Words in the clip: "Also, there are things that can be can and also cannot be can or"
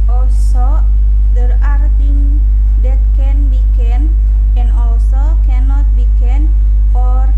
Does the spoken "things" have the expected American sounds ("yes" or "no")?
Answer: no